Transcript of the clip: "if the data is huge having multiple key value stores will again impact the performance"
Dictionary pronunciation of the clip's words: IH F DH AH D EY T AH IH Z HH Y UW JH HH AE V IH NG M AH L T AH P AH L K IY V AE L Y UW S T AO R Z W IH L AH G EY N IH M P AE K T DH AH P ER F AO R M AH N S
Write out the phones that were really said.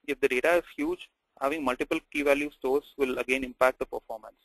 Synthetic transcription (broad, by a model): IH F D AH D EY T AH IH Z HH Y UW JH HH AE V IH NG M AH L T AH P AH L K IY V AE L Y UW S T AO R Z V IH L AH G EY N IH M P AE K T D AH P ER F AO R M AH N S